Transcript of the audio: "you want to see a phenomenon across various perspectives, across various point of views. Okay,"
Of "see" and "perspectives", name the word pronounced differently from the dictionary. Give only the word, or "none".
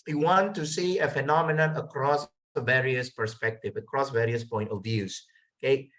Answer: perspectives